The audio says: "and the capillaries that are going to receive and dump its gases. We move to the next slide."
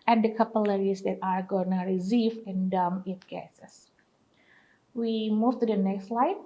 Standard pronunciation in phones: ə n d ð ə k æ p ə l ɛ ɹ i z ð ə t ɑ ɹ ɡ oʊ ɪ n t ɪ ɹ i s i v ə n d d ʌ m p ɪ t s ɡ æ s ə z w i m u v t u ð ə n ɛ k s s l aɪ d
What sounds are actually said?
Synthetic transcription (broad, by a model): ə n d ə k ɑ p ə l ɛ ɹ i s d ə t ɑ ɹ ɡ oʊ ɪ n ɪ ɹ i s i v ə n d d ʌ m ɪ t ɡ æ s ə s w i m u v t u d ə n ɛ k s s l aɪ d